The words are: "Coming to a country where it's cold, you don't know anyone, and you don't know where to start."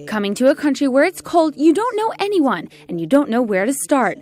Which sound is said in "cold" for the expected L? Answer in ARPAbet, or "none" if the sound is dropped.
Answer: L